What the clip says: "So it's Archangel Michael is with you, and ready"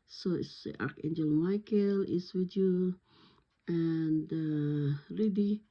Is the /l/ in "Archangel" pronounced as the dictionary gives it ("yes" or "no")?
yes